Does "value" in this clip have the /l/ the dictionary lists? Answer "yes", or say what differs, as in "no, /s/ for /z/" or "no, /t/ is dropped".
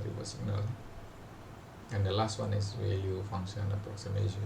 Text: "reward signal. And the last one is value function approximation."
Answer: no, /l/ is dropped